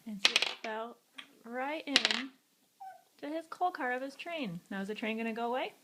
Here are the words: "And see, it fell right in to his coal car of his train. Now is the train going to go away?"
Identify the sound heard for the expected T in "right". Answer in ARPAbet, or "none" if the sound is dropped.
T